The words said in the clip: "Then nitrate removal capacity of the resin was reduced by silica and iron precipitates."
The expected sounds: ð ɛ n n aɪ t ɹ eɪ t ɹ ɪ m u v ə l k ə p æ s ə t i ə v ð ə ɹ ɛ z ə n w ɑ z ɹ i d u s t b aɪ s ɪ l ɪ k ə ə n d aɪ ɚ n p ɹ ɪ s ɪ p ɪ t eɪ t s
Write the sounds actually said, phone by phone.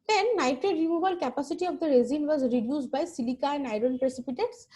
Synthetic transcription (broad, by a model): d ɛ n n aɪ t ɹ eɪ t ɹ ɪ m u b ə l k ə p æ s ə t i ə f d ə ɹ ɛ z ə n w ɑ z ɹ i d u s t b aɪ s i l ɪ k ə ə n aɪ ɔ n p ɹ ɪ s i p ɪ t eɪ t s